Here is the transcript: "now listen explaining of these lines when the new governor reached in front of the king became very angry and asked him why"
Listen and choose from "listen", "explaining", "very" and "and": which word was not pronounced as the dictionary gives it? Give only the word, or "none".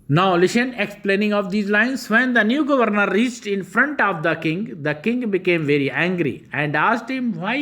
listen